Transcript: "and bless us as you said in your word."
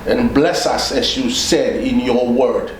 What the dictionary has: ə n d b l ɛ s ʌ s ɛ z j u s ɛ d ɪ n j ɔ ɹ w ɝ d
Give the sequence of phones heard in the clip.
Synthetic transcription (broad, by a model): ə n b l ɛ s ʌ s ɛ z j u s ɛ d ɪ n j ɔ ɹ w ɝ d